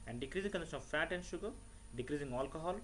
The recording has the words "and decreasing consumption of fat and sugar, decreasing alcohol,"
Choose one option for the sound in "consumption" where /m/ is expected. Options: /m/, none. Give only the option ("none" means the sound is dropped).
none